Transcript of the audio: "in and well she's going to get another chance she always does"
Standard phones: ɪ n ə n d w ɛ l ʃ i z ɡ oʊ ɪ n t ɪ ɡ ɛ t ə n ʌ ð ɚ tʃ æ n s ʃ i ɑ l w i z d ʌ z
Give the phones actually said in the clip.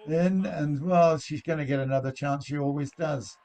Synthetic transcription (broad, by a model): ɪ n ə n w ɛ l ʃ i z ɡ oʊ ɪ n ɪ ɡ ɛ t ə n ʌ ð ɚ tʃ æ n s ʃ i ɑ l w i z d ʌ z